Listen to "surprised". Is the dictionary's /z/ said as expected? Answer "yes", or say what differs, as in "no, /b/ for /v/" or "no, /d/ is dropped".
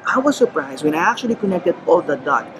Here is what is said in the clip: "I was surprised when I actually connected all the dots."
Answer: yes